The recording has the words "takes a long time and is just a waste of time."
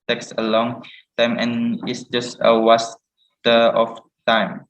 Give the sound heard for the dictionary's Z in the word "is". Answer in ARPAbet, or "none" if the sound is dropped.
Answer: S